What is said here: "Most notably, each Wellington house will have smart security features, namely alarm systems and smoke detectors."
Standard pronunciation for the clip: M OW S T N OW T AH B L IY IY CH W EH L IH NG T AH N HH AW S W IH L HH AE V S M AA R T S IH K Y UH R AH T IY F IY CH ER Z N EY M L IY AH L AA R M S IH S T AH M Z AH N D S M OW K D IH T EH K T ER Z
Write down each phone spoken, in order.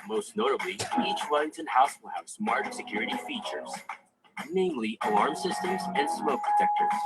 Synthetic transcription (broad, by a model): M OW S T N OW T AH B L IY IY CH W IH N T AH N HH AW S W IH L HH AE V S M AA R T S IH K Y UH R AH T IY F IY CH ER Z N EY M L IY AH L AA R M S IH S T AH M Z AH N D S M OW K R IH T EH K T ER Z